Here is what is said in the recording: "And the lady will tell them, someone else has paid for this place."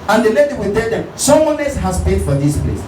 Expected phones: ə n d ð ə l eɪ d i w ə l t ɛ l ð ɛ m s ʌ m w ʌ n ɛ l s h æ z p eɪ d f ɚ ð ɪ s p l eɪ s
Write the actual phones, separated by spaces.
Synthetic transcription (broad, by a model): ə n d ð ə l eɪ d i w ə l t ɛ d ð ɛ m s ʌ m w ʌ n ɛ s h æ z p eɪ d f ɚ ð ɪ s p l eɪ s